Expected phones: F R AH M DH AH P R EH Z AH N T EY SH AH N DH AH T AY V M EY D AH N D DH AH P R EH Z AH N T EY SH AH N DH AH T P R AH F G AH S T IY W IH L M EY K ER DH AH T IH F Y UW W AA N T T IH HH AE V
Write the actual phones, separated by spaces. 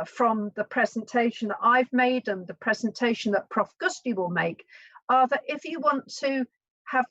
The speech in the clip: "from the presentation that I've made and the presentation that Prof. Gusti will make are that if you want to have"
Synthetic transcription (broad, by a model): F R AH M DH AH P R EH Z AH N T EY SH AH N DH AH T AY V M EY D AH N DH AH P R EH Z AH N T EY SH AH N DH AH T P R AH F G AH S T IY W IH L M EY K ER DH AH T IH F Y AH W AA N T T IH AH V